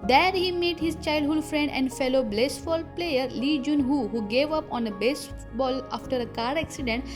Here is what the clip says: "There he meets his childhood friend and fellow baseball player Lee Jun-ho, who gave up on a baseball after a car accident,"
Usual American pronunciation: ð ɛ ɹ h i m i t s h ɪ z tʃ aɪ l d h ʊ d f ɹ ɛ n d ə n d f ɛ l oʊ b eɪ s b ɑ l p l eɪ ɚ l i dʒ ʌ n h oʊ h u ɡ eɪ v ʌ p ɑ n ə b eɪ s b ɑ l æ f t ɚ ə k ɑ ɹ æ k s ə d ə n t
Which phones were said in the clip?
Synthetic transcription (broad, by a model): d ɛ ɹ h i m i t h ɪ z tʃ aɪ l d h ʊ d f ɹ ɛ n d ə n d f ɛ l oʊ b eɪ s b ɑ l p l eɪ ɚ l i dʒ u n h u h u ɡ eɪ v ʌ p ɑ n ə b eɪ s b ɑ l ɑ f t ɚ ə k ɑ ɹ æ k s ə d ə n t